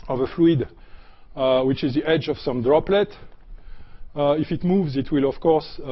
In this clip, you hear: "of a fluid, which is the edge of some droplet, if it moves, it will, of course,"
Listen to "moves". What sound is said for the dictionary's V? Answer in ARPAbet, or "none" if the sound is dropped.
V